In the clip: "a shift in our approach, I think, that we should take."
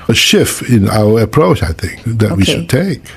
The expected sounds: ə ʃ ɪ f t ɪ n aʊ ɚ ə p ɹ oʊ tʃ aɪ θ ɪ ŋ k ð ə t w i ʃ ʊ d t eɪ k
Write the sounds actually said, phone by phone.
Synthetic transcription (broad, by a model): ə ʃ ɪ f t ɪ n aʊ ɚ ə p ɹ oʊ tʃ aɪ θ ɪ ŋ k ð ə t w i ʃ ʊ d t eɪ k